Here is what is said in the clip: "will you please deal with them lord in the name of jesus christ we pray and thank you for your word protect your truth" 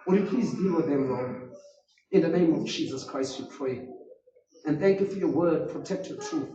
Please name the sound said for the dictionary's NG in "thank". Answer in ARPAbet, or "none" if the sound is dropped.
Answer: none